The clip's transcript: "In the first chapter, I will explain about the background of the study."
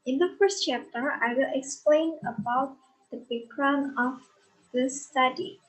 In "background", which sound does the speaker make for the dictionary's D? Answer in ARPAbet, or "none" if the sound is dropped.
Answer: none